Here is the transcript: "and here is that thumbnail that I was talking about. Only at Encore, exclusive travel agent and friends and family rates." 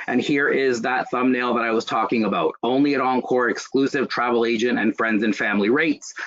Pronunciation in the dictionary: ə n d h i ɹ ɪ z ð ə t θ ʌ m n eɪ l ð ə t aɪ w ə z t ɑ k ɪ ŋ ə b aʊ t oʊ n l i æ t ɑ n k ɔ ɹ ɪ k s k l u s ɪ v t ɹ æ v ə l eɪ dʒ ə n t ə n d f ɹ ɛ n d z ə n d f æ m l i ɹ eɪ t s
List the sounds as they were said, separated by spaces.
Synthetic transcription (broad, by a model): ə n h i ɹ ɪ z ð ə t θ ʌ m n eɪ l ð ə t aɪ w ə z t ɑ k ɪ ŋ ə b aʊ t oʊ n l i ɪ t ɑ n k ɔ ɹ ɪ k s k l u s ɪ v t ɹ æ v l eɪ dʒ ə n t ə n f ɹ ɛ n d z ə n f æ m l i ɹ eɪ t s